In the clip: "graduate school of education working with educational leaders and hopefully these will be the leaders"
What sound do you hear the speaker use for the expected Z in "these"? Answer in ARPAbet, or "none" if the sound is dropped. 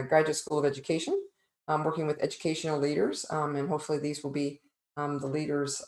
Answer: Z